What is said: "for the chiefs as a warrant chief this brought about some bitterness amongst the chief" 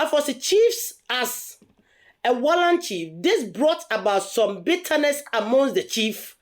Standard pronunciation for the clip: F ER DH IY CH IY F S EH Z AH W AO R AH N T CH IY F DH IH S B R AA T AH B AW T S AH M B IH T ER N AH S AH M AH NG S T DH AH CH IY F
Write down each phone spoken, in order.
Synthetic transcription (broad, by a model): F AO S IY CH IY F S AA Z AH W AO L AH N CH IY F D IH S B R AA T AH B AW T S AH M B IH T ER N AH S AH M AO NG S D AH CH IY F